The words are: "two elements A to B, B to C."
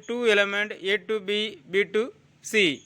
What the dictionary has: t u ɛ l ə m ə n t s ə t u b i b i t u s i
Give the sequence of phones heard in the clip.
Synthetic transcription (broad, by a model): t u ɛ l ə m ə n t ə t u b i b i t u s i